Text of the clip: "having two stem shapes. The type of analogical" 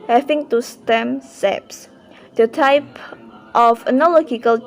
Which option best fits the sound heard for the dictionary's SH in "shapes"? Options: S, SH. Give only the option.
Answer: S